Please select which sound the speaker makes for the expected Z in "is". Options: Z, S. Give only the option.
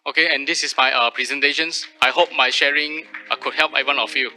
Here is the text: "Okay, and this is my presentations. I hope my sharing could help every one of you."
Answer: S